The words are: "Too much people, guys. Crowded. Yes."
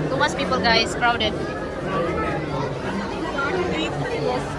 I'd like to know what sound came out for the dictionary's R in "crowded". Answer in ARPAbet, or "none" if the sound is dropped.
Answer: R